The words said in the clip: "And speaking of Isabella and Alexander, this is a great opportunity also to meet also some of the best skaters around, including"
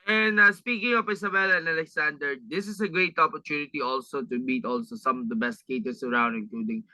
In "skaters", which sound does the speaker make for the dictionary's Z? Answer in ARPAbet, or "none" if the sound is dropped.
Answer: S